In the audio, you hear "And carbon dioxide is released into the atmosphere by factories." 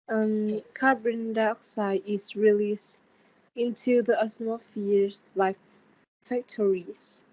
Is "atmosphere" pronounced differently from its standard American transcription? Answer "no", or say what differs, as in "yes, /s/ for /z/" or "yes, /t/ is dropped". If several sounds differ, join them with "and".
yes, /s/ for /t/ and /s/ is dropped